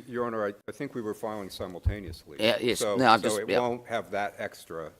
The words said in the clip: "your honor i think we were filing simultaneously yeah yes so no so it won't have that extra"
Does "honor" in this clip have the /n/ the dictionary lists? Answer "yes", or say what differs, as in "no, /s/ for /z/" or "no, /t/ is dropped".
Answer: no, /n/ is dropped